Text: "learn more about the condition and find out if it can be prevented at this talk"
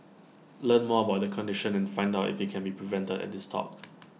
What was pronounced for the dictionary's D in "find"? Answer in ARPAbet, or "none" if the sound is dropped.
D